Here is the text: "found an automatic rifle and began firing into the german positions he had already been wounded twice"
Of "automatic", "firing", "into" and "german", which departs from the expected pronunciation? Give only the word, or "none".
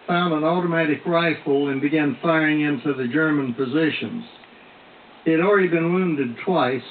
none